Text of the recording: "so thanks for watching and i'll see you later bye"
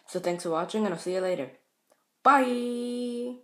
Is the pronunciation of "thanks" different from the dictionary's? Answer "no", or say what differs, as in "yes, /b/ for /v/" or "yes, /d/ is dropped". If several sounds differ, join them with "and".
no